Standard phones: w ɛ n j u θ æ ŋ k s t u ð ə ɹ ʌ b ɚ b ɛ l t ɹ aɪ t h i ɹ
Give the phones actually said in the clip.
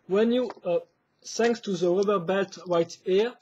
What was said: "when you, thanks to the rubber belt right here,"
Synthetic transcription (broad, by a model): w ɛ n j u s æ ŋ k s t u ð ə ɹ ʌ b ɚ b ɛ l t w aɪ t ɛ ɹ